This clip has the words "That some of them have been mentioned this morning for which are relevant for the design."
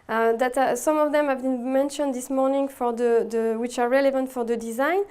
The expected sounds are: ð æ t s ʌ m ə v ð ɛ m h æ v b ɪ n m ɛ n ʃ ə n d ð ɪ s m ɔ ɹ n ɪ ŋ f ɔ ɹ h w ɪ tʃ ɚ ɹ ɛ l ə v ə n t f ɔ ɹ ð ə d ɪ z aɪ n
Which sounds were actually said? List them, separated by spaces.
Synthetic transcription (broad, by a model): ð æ t s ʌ m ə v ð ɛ m h æ v b ɪ n m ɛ n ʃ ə n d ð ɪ s m ɔ ɹ n ɪ ŋ f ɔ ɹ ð w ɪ tʃ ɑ ɹ ɛ l ə v ə n t f ɔ ɹ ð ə d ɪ z aɪ n